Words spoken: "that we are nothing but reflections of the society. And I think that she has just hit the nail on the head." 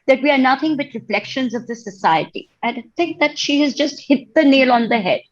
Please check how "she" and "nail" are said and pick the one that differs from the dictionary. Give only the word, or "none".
none